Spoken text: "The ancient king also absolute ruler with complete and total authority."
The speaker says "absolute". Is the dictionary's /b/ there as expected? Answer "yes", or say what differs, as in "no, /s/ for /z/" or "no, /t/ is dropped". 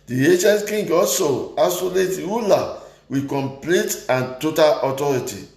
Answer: no, /b/ is dropped